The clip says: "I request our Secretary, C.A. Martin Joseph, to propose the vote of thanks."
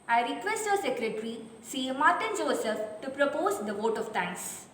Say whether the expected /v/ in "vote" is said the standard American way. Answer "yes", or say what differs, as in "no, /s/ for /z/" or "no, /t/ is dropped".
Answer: yes